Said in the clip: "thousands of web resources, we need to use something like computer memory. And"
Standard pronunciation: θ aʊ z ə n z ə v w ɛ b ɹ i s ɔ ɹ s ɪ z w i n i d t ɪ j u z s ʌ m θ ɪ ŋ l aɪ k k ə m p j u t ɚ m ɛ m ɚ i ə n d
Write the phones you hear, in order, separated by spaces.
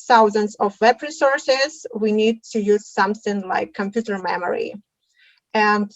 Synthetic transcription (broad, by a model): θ aʊ z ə n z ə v w ɛ b ɹ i s ɔ ɹ s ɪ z w i n i d t ɪ j u z s ʌ m θ ɪ ŋ l aɪ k k ə m p j u t ɚ m ɛ m ɚ i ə n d